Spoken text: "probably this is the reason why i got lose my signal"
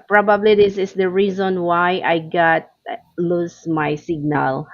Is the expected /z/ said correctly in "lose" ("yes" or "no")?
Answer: no